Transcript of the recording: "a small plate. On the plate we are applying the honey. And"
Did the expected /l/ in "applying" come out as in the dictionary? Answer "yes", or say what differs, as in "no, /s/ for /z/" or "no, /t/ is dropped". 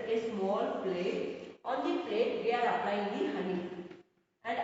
no, /n/ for /l/